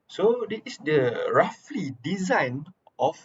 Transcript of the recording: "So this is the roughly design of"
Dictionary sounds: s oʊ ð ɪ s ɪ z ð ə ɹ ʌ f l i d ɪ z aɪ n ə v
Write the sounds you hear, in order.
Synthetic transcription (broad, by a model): s oʊ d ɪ ɪ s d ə ɹ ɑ f l i d ɪ z aɪ n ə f